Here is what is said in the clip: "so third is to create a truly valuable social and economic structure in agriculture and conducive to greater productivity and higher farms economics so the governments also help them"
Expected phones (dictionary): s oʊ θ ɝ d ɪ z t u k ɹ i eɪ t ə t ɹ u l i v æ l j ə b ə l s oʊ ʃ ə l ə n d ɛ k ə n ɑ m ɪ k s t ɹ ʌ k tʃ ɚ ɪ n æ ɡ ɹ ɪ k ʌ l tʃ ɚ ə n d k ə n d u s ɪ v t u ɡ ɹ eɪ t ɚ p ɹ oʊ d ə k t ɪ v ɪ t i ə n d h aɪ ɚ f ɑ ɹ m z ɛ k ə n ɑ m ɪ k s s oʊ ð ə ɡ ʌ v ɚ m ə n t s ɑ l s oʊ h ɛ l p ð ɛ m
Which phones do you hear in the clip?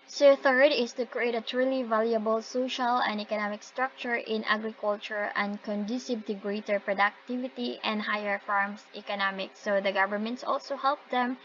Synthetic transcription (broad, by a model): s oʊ θ ɝ d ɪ s t u k ɹ i eɪ t ə t ɹ u l i v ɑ l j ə b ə l s oʊ ʃ ə l ə n d ɛ k ə n ɑ m ɪ k s t ɹ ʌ k tʃ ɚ ɪ n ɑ ɡ ɹ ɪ k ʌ l tʃ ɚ ə n d k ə n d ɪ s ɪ b t u ɡ ɹ eɪ t ɚ p ɹ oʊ d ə k t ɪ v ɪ t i ə n d h aɪ ɚ f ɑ ɹ m s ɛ k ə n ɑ m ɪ k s s oʊ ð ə ɡ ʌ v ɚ m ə n t s ɑ l s oʊ h ɛ l p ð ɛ m